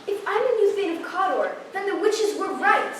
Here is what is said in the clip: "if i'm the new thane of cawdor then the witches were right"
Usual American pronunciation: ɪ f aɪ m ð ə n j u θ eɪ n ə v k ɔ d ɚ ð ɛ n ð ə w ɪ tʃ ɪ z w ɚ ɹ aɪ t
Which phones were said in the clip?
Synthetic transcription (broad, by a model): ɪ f aɪ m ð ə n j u t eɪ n ə v k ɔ d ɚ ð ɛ n ð ə w ɪ tʃ ɪ z w ɚ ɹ aɪ t